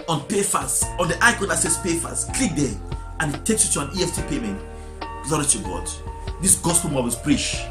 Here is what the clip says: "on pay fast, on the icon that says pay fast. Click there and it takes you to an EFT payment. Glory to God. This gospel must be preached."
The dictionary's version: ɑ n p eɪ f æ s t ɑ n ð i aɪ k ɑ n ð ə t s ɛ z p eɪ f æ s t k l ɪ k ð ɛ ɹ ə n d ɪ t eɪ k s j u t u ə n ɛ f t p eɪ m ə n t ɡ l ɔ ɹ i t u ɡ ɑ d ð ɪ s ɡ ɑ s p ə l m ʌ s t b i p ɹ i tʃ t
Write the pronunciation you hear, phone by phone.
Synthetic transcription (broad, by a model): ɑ n p eɪ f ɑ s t ɑ n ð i aɪ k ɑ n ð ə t s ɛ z p eɪ f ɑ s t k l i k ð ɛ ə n ɪ t eɪ k s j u t u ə n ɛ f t p eɪ m ə n t ɡ l ɔ ɹ i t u ɡ ɑ d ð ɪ s ɡ ɑ s p ə l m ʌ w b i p ɹ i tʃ